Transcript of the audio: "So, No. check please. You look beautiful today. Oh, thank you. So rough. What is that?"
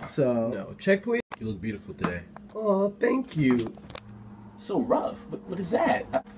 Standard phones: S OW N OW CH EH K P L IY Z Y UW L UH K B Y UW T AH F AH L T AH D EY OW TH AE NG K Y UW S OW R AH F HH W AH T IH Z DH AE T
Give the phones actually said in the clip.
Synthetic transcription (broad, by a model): S OW N OW CH EH K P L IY Y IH L UH K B Y UW T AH F L T AH D EY OW TH AE NG K Y UW S OW R AH F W W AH T IH Z DH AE T